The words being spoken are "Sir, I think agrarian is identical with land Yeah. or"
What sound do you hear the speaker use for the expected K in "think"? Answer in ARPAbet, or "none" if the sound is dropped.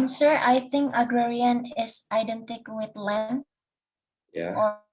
K